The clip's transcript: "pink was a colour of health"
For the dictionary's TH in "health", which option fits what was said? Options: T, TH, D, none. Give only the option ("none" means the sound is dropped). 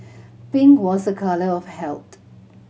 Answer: T